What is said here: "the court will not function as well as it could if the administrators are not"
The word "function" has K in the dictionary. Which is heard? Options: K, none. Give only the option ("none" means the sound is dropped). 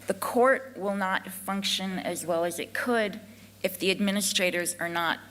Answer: K